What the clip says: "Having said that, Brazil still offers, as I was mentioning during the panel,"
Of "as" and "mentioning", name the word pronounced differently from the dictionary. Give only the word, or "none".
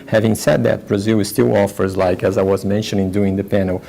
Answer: none